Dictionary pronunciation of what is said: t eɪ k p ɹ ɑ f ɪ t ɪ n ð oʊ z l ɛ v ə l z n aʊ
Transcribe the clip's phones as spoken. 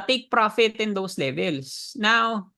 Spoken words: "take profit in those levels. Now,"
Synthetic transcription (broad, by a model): t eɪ k p ɹ ɑ f ɪ t ɪ n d oʊ s l ɛ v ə l s n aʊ